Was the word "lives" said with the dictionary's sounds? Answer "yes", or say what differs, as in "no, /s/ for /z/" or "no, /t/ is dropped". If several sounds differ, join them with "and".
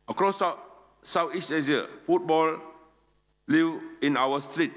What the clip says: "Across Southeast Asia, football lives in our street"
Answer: no, /z/ is dropped